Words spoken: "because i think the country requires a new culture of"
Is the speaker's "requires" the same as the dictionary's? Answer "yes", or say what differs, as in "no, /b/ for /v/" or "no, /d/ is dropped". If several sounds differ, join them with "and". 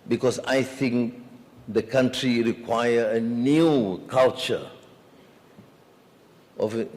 no, /z/ is dropped